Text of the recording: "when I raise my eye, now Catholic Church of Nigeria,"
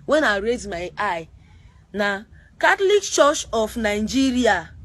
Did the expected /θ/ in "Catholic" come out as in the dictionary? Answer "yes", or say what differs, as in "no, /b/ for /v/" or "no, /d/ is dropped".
no, /t/ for /θ/